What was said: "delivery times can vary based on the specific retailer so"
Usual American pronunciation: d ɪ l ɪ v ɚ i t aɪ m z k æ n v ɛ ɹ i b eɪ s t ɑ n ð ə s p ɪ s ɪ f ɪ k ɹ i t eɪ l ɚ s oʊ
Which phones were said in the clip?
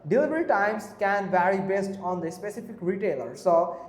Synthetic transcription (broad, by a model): d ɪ l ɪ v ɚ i t aɪ m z k æ n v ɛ ɹ i b eɪ s t ɑ n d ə s p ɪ s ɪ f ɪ k ɹ i t eɪ l ɚ s oʊ